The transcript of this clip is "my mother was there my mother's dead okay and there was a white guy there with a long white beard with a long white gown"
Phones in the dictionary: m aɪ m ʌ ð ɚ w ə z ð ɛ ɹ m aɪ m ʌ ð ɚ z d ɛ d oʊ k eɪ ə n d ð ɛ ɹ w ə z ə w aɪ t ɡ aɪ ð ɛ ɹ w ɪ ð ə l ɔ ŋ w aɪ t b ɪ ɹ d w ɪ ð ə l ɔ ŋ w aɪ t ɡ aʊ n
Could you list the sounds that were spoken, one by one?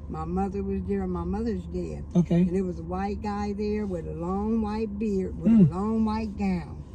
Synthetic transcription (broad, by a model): m aɪ m ʌ ð ɚ w ə z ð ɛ ɹ m aɪ m ʌ ð ɚ z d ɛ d oʊ k eɪ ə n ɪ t w ə z ə w aɪ t ɡ aɪ ð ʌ ɹ w ɪ ð ə l ɔ ŋ w aɪ t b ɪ ɹ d w ɪ ð ə l ɔ ŋ w aɪ t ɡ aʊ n